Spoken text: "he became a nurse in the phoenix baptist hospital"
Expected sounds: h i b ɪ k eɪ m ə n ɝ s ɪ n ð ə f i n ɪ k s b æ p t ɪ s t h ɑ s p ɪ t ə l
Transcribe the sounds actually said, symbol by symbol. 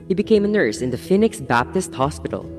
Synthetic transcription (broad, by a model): h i b ɪ k eɪ m ə n ɝ s ɪ n ð ə f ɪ n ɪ k s b æ p t ɪ s t h ɑ s p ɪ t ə l